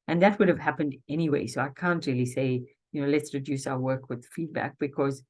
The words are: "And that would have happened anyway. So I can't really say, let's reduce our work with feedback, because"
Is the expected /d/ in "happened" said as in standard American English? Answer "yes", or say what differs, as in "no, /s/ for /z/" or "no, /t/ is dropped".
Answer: yes